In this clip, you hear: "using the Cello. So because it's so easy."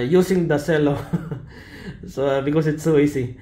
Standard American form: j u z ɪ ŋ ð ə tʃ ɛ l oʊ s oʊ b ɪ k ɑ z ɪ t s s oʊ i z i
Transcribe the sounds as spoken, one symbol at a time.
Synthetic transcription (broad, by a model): j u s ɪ ŋ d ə s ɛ l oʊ s oʊ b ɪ k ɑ s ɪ t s s oʊ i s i